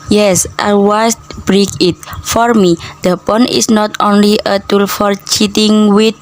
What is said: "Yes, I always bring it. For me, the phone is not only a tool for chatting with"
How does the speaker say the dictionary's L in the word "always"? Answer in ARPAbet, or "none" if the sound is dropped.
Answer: none